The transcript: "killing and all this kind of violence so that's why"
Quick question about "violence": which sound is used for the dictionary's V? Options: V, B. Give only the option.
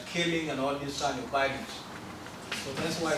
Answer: B